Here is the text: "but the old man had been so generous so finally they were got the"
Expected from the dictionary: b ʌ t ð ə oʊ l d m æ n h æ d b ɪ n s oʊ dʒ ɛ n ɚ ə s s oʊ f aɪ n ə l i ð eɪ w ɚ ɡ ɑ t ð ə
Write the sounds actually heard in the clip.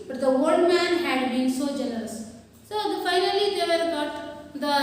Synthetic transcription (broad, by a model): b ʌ t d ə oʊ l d m æ n h æ d b ɪ n s oʊ dʒ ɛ l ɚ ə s s oʊ f aɪ n ə l i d eɪ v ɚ ɡ ɑ t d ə